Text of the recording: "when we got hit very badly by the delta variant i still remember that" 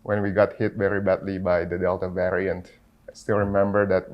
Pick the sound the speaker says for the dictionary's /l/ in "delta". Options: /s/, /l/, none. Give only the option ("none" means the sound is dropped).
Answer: /l/